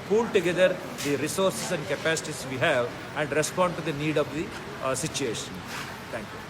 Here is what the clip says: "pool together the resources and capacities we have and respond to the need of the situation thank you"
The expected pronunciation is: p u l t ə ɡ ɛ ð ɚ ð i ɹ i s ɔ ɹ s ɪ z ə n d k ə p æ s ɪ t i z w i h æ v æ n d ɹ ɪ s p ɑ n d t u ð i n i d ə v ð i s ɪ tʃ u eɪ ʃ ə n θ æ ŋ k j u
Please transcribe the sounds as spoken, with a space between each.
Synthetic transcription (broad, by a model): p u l t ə ɡ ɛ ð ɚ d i ɹ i s ɔ ɹ s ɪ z ə n d k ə p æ s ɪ t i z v i h æ v æ n d ɹ ɪ s p ɑ n d t u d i n i d ə v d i s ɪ tʃ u eɪ ʃ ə n t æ ŋ k j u